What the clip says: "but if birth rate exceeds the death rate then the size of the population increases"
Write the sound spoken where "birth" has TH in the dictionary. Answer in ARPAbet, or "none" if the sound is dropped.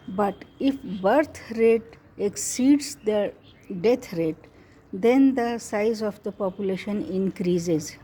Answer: T